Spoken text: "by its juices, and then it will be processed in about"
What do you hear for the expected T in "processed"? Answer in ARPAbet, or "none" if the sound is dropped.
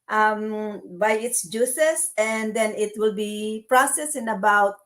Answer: none